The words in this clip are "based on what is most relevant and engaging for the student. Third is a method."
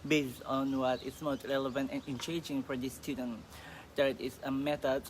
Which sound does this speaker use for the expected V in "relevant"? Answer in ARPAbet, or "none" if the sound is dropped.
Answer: V